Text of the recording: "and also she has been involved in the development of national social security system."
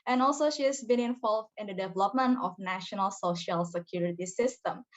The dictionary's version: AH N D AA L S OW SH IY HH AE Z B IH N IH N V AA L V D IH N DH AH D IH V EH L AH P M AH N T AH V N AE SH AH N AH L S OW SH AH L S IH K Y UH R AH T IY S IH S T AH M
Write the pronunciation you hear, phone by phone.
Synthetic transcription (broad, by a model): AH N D AA L S OW SH IY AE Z B IH N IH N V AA L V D IH N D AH D IH V EH L AH P M AH N T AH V N AE SH AH N AH L S OW SH AH L S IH K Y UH R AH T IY S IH S T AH M